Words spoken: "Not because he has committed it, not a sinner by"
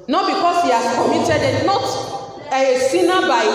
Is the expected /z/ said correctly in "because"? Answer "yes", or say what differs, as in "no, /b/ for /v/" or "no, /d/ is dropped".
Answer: no, /s/ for /z/